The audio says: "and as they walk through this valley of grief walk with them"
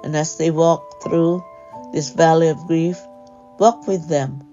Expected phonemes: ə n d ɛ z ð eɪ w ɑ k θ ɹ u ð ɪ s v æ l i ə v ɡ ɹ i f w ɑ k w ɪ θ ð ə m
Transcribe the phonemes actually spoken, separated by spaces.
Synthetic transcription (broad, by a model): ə n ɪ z ð eɪ w ɑ k θ ɹ u ð ɪ s v æ l i ə v ɡ ɹ i f w ɑ k w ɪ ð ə m